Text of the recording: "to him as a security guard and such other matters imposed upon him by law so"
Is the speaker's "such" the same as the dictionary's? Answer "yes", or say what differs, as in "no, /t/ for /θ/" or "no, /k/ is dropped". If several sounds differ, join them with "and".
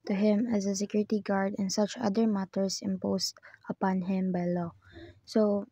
yes